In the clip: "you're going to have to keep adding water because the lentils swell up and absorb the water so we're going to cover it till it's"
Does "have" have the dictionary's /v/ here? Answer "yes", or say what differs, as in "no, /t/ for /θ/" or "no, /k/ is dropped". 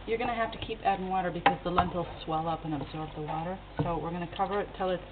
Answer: no, /f/ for /v/